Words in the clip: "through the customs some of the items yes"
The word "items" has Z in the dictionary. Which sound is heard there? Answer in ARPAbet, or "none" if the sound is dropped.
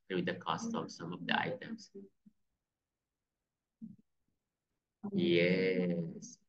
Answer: S